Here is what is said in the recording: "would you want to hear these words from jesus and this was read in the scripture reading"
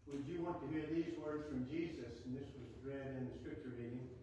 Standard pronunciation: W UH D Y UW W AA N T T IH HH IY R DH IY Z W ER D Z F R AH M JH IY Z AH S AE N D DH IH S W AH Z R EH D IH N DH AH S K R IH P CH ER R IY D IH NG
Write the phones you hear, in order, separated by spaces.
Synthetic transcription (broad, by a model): W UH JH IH W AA N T T IH HH IY R DH IY Z W ER D Z F R AH M JH IY Z AH S N DH IH S W AH Z R EH D IH N DH AH S K R IH P CH ER R IY D IH NG